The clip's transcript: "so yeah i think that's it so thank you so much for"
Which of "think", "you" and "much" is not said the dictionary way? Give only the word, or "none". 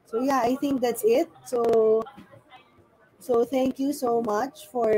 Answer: think